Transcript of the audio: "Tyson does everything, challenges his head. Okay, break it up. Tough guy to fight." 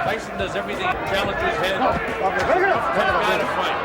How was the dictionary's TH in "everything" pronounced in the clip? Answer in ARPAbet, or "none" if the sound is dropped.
TH